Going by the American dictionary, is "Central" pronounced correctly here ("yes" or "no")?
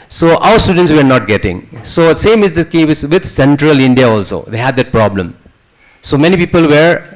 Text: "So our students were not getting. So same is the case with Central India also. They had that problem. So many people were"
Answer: yes